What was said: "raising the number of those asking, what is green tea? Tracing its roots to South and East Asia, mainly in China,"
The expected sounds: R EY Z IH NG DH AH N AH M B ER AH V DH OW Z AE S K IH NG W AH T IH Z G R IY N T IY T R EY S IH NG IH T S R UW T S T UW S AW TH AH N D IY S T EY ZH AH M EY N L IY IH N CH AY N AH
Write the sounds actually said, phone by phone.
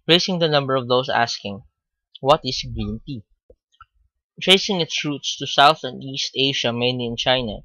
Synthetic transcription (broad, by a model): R EY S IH NG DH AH N AH M B ER AH V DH OW S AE S K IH NG W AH T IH S G R IY N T IY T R EY S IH NG IH T S R UW T S T UW S AW TH AH N D IY S T EY SH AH M EY N L IY IH N CH AY N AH